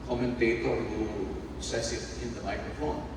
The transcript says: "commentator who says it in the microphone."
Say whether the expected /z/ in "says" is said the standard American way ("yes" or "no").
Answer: no